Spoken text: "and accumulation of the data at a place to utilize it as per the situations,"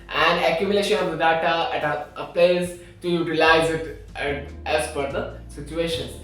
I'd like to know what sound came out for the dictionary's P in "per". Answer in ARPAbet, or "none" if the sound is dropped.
F